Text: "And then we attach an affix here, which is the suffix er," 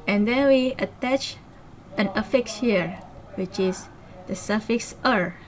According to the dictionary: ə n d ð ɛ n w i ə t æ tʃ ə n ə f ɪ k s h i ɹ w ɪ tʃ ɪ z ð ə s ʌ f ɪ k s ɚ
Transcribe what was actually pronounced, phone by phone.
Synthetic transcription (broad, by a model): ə n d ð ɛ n w i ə t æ tʃ ə n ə f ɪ k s h i ɹ w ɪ tʃ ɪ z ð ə s ʌ f ɪ k s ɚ